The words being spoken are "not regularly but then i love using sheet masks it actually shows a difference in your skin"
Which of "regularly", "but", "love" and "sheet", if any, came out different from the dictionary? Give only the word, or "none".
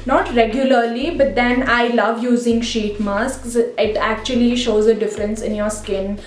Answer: none